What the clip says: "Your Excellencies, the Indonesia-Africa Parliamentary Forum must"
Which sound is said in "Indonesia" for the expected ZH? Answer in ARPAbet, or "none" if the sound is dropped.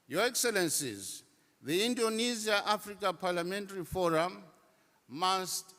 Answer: Z